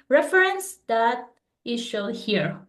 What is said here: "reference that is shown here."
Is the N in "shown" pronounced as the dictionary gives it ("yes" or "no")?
no